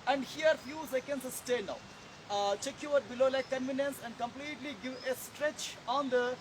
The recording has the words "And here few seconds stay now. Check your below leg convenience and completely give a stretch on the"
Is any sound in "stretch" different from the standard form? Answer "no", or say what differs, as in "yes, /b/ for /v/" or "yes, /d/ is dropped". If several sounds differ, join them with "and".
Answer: no